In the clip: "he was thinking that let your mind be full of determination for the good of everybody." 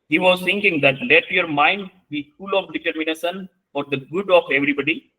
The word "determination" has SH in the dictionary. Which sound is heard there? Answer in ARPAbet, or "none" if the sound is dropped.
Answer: S